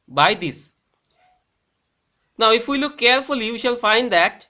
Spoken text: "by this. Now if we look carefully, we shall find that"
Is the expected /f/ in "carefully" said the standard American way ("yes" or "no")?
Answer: yes